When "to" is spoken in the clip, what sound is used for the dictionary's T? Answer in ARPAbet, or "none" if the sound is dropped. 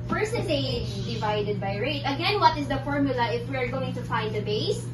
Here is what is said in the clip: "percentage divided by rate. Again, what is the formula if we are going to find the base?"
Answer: T